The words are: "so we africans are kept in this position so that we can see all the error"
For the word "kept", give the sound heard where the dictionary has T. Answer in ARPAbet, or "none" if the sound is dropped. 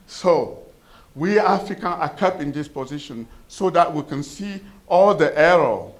none